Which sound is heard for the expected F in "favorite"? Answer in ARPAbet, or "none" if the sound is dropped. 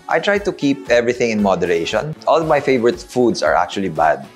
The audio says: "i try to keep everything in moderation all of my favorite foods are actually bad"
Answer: F